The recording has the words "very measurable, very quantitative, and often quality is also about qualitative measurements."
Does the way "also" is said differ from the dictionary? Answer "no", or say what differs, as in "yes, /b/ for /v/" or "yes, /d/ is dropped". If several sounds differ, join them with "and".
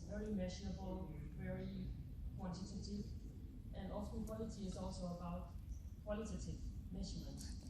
no